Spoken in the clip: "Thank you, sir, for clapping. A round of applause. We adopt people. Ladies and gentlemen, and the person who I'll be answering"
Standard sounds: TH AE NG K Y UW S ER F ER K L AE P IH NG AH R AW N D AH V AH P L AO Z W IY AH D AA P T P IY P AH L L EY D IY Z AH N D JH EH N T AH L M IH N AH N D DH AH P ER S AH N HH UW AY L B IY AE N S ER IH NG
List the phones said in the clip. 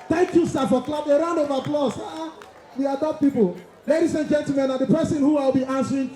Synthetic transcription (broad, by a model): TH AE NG K Y UW S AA F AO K L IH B AH R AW N AH V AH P L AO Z W IY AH D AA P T P IY P AH L L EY D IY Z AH N JH EH N T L M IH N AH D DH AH P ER S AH N HH UW AY L B IY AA N S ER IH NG